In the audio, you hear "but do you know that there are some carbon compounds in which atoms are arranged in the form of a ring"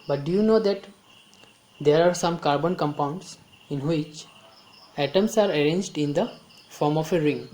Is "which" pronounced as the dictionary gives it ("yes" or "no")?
yes